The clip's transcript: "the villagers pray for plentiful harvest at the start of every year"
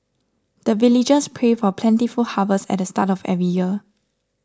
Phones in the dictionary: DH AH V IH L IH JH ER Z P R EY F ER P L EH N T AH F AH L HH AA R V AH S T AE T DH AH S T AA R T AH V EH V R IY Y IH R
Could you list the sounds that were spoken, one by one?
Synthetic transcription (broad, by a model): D AH V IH L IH JH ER S P R EY F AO P L EH N T AH F AH L HH AA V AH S EH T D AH S T AA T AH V EH V R IY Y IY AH